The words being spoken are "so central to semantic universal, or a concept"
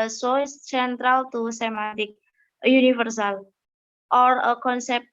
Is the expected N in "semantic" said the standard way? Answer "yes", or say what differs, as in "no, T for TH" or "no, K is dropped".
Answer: no, N is dropped